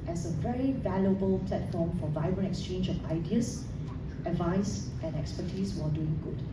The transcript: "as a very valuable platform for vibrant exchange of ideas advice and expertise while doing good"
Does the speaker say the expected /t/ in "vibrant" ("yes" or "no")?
no